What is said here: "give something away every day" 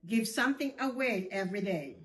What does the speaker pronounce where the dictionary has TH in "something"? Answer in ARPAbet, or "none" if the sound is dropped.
TH